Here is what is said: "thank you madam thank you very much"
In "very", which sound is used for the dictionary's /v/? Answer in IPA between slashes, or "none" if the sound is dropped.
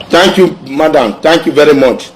/v/